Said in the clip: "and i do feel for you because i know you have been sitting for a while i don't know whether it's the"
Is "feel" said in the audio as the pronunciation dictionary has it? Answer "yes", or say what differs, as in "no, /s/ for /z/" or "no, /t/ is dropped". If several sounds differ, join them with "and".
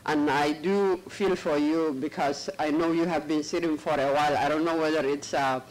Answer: yes